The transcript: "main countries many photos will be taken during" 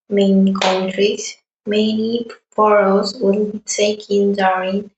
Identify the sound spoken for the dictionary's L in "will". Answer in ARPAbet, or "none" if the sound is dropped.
N